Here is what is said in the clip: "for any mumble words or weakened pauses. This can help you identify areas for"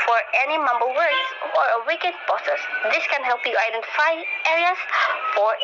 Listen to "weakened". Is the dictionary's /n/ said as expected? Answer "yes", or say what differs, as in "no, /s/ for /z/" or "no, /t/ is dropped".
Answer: no, /n/ is dropped